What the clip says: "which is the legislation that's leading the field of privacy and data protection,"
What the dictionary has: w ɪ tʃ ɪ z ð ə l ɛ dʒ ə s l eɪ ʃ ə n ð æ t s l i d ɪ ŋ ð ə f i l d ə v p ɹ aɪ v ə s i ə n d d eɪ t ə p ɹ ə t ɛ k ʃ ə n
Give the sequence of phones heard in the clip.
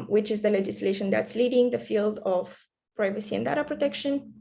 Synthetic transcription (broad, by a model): w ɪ tʃ ɪ z ð ə l ɛ dʒ ə s l eɪ ʃ ə n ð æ t s l i d ɪ ŋ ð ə f i l d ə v p ɹ aɪ v ə s i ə n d d eɪ t ə p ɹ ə t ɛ k ʃ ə n